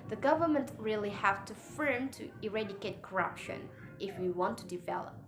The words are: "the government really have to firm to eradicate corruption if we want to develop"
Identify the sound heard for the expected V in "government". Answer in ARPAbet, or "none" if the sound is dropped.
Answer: V